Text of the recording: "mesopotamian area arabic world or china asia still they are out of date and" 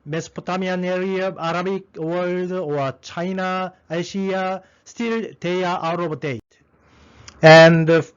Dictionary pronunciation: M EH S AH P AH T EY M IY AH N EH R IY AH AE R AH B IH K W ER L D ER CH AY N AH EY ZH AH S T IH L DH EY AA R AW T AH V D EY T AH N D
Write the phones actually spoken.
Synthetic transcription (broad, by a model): M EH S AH P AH T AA M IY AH N EH R IY AH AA R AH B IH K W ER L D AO CH AY N AH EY SH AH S T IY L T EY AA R AW T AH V D EY T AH N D